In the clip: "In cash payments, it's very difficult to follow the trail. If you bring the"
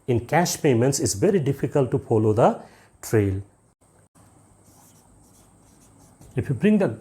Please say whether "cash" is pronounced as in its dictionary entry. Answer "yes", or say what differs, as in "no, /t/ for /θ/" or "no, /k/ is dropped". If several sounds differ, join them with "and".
yes